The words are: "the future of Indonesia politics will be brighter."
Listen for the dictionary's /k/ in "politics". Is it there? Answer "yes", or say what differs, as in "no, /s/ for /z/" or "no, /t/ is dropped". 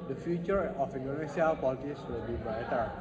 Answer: no, /k/ is dropped